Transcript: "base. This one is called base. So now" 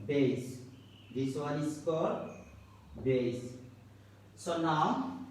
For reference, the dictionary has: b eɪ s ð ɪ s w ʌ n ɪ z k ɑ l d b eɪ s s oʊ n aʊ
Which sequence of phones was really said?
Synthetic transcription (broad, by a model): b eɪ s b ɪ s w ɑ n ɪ s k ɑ d b eɪ s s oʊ n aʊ